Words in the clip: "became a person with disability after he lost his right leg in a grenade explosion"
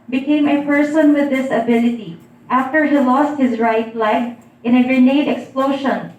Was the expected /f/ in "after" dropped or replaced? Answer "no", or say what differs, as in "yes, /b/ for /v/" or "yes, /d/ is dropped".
no